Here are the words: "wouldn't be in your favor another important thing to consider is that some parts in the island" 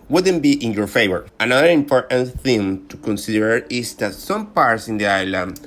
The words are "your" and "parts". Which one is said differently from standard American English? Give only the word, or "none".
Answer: none